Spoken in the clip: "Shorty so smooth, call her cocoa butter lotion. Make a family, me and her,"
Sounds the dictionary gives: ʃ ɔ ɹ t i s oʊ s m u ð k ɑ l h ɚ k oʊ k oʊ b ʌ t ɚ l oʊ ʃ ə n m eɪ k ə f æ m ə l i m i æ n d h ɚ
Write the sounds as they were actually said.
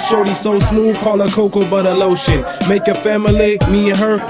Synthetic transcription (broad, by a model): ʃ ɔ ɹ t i s oʊ s m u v k ɑ l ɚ k oʊ k oʊ b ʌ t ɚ l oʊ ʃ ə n m eɪ k ə f æ m ə l i m i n h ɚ